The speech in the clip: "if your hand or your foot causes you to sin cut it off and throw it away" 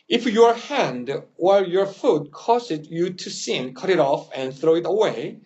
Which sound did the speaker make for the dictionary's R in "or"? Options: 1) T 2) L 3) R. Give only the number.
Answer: 2